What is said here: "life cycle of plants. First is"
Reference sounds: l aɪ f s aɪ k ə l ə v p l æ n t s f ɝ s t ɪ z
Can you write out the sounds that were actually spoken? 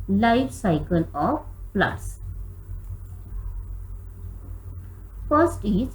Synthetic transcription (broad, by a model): l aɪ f s aɪ k ə l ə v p l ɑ t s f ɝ s t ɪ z